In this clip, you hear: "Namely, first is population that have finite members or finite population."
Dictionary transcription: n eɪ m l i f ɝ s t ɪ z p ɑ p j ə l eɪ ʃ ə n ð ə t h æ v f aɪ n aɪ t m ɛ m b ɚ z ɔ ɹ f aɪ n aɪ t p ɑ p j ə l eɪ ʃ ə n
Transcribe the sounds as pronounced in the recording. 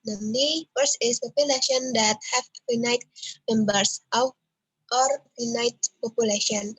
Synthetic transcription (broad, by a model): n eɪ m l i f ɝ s ɪ s p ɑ p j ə l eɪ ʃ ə n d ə t h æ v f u n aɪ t m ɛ m b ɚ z ɔ ɹ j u n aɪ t p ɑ p j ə l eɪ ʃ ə n